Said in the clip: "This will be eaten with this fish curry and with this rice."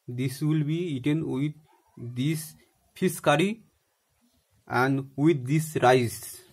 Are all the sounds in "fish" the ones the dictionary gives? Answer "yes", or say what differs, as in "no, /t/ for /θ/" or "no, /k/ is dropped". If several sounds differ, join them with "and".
no, /s/ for /ʃ/